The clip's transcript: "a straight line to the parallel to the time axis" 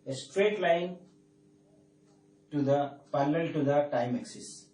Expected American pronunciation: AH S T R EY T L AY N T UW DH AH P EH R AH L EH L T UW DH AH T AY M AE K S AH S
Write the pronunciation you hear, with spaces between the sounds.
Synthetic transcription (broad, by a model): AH S T R EY T L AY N T UW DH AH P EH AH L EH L T UW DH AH T AY M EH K S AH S